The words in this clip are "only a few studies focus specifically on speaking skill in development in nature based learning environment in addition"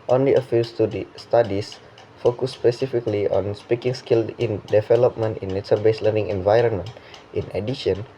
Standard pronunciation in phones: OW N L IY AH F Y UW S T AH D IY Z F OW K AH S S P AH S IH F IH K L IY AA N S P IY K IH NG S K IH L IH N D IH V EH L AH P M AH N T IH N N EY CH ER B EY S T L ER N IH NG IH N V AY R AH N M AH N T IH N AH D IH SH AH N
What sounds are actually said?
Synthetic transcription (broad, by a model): OW N L IY AH F Y UW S T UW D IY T F OW K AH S S P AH S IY F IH K L IY AA N S P IY K IH NG S K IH L IH N D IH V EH L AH P M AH N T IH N N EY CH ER B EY S L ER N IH NG IH N V AY R AH N M AH N T IH N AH D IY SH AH N